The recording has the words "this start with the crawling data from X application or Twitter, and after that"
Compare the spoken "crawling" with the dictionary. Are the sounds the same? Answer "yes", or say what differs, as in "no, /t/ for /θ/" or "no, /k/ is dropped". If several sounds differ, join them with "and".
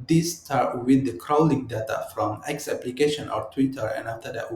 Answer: yes